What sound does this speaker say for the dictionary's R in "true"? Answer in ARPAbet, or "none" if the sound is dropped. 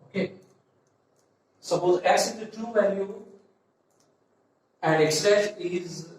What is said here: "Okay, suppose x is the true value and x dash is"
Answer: none